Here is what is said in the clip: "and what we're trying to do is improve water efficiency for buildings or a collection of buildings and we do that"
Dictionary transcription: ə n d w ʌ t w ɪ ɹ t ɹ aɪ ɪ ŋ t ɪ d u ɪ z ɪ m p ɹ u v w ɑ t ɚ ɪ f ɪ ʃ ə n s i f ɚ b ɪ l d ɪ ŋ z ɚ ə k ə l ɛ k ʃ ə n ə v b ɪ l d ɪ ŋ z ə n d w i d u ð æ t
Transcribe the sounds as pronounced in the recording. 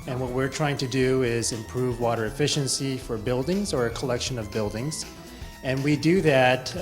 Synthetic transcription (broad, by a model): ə n w ʌ t w ɪ ɹ t ɹ aɪ ɪ ŋ t ɪ d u ɪ z ɪ m p ɹ u v w ɑ t ɚ ɪ f ɪ ʃ ə n s i f ɚ b ɪ l d ɪ ŋ z ɚ ə k ə l ɛ k ʃ ə n ə v b ɪ l d ɪ ŋ z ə n w i d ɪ ð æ t